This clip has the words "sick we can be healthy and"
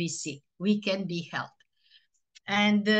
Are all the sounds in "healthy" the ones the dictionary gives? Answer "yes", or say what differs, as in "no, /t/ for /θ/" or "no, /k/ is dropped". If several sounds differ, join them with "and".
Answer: no, /t/ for /θ/